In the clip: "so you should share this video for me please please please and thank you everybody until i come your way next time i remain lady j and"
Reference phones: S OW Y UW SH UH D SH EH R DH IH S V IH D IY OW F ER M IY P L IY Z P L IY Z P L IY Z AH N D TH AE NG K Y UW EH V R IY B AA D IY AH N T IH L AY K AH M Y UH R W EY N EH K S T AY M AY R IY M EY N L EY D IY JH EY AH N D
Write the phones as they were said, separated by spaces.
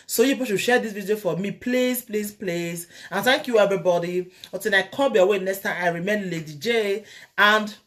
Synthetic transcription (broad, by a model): S OW Y UW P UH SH SH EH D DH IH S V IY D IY OW F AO M IY P L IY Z P L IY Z P L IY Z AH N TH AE NG K Y UW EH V R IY B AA D IY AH T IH N AY K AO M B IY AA W EY N EH K S T AY M AY R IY M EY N L EY D IY JH EY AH N D